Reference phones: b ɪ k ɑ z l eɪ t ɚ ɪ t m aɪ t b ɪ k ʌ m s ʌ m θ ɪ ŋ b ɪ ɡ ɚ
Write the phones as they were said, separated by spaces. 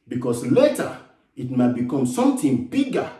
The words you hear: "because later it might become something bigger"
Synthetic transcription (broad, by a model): b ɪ k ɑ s l eɪ t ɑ ɪ t m aɪ t b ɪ k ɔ m s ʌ m t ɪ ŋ b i ɡ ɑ